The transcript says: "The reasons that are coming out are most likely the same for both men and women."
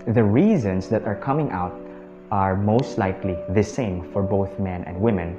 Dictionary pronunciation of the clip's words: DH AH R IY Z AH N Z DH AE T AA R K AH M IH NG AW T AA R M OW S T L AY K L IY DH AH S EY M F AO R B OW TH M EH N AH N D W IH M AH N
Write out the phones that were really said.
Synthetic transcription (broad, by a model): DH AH R IY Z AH N S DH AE T AA R K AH M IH NG AW T AA R M OW S T L AY K L IY DH AH S EY M F AO R B OW TH M EH N AH N D W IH M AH N